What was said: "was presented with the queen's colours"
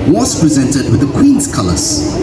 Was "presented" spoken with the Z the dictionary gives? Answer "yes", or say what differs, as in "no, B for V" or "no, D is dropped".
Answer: yes